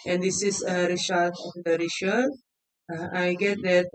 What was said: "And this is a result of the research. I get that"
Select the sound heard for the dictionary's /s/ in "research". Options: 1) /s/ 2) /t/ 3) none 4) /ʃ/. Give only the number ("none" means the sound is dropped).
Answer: 4